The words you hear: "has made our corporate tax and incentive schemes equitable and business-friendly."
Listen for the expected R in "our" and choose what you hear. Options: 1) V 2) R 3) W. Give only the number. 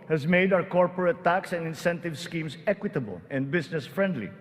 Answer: 3